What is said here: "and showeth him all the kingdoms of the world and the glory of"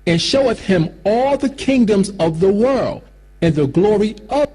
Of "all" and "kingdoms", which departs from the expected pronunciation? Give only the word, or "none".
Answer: none